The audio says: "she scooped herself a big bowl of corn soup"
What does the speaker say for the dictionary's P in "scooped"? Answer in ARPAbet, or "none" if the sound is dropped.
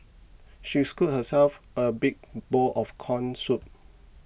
none